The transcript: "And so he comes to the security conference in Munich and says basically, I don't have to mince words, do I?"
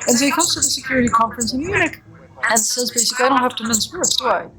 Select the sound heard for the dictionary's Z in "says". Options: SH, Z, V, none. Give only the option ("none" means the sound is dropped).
Z